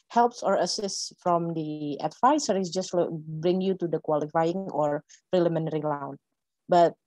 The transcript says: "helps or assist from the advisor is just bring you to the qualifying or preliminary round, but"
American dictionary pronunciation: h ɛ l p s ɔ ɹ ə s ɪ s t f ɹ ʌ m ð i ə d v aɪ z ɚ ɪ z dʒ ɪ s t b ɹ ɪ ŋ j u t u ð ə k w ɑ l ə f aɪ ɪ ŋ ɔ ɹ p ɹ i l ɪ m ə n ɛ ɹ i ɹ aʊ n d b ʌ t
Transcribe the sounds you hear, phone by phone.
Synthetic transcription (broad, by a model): h ɛ l p s ɔ ɹ ə s ɪ s t f ɹ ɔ m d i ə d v aɪ s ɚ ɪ s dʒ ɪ s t b ɹ ɪ ŋ j u t u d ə k w ɑ l ə f aɪ ɪ ŋ ɔ ɹ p ɹ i l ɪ m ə n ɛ ɹ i l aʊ n b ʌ t